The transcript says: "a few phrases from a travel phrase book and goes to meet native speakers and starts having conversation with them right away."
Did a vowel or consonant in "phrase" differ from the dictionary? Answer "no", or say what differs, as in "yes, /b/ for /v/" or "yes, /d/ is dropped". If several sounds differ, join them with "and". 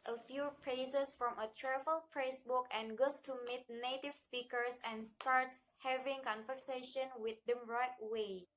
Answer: yes, /p/ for /f/ and /s/ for /z/